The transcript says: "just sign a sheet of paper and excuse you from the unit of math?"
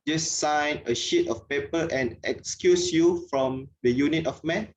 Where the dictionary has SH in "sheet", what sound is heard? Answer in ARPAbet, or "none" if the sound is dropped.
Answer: SH